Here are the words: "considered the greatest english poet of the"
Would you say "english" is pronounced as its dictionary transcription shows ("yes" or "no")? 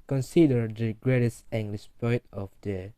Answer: no